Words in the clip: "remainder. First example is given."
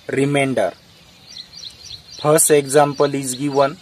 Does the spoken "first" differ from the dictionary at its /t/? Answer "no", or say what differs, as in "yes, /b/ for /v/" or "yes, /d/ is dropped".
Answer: yes, /t/ is dropped